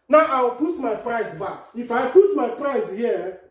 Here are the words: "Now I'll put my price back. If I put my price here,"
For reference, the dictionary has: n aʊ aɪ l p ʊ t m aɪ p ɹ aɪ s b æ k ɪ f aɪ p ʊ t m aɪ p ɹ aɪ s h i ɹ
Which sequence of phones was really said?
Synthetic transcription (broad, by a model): n aʊ aɪ w p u t m aɪ p ɹ aɪ s b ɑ k ɪ f aɪ p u t m aɪ p ɹ aɪ s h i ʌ